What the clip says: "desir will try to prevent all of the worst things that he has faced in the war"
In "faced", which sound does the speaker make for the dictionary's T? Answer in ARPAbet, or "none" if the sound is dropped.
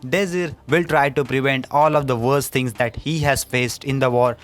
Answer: T